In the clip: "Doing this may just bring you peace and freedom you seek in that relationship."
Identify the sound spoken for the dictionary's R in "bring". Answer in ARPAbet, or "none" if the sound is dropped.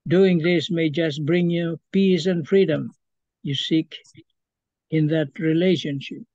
R